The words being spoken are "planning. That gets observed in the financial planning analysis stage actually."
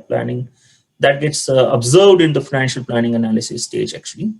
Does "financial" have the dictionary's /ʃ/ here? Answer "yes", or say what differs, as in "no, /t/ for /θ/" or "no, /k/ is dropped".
yes